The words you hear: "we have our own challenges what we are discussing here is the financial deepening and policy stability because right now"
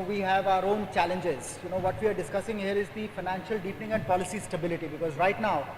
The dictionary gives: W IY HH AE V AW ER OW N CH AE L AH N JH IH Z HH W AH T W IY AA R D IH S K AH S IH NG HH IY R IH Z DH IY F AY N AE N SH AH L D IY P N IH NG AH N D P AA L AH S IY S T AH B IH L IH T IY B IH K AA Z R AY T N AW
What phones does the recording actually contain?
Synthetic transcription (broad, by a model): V IY HH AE V AW ER OW N CH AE L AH N JH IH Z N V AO T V IY AA R D IH S K AH S IH NG HH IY R IH Z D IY F AY N AE N SH AH L D IY P N IH NG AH N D P AA L AH S IY S T AH B IH L IH T IY B IH K AA Z R AY T N AW